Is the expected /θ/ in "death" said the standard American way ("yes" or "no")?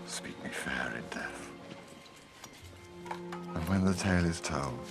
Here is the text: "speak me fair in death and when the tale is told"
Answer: yes